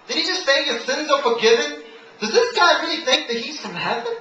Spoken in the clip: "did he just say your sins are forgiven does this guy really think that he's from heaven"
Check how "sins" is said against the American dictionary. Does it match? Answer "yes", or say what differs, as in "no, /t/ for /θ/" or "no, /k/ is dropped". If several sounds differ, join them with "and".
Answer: yes